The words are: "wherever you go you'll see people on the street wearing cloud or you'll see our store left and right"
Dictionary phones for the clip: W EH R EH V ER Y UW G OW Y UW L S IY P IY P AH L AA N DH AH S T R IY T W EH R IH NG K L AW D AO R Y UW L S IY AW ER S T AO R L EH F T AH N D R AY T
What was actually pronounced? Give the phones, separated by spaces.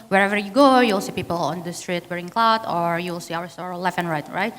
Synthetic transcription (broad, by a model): W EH R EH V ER Y UW G OW Y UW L S IY P IY P AH L AA N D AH S T R IY T W EH R IH NG K L AW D AO R Y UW L S IY AW ER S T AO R L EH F AH N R R AY T